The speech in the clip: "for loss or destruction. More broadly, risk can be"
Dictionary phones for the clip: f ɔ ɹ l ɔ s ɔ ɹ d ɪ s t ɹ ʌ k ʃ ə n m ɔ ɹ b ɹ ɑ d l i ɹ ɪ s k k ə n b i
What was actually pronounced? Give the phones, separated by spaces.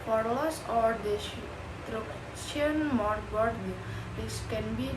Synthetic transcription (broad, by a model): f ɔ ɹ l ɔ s ɔ ɹ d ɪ t ɹ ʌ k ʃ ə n m ɔ ɹ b ɑ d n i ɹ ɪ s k k ə n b i